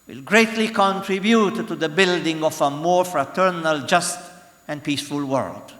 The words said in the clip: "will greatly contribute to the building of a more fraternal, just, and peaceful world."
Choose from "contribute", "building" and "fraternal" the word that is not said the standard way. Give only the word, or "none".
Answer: none